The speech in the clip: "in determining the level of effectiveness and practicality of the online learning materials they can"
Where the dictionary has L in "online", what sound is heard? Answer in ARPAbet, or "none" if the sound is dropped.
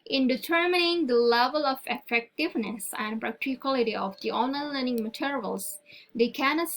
none